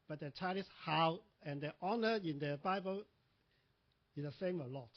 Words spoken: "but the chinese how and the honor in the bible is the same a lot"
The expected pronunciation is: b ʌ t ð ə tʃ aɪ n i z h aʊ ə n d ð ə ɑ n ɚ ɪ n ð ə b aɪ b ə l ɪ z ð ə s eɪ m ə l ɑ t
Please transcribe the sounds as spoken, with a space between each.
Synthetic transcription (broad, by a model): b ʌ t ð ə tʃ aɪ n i s h aʊ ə n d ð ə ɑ n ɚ ɪ n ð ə b aɪ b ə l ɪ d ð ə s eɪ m ə l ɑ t